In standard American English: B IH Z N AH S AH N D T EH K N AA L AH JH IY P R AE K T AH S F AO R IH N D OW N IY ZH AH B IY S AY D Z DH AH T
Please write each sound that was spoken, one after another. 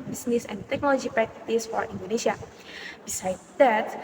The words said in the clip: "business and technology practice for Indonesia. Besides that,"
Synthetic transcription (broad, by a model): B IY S N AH S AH N T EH K N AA L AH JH IY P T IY T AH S F AO R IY N D OW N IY S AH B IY S AY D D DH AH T